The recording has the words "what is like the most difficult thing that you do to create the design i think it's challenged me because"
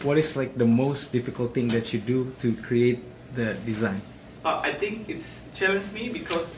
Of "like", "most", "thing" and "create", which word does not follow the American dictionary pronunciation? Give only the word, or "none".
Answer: thing